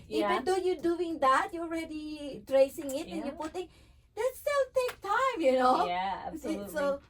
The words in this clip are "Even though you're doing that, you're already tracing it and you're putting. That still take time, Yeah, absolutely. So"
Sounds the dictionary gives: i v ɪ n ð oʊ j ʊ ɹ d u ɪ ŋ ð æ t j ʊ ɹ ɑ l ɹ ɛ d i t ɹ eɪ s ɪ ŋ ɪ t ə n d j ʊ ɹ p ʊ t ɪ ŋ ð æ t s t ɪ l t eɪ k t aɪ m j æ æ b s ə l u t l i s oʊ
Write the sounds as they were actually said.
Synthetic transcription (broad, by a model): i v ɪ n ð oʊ j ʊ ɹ d u ɪ ŋ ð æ t j ɑ l ɹ ɛ d i t ɹ eɪ s ɪ ŋ ɪ t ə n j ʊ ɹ p ʊ t ɪ ŋ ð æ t s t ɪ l t eɪ k t aɪ m j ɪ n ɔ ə æ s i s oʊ